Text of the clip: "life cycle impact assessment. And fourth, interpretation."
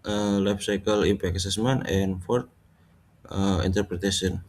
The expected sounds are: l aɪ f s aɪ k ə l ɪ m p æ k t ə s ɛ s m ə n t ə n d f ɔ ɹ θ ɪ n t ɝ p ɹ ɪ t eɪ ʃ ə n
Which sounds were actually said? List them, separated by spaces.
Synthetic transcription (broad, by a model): l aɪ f s aɪ k ə l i p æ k ə s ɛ s m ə n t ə n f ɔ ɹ t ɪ n t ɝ p ɹ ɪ t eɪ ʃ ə n